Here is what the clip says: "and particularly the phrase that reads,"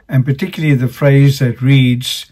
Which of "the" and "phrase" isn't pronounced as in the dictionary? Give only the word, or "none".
none